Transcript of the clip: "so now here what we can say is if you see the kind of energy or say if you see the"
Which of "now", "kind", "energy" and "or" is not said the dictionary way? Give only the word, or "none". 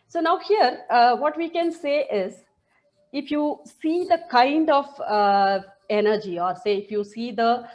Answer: none